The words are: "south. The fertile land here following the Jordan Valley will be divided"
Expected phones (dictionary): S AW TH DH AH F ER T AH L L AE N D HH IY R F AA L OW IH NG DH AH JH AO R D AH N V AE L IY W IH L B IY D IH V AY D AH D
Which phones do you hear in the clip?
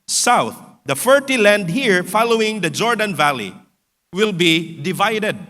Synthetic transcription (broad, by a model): S AW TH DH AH F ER T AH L L AE N D HH IY R F AA L OW IH NG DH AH JH AO R D AH N V AE L IY W IH L B IY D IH V AY D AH D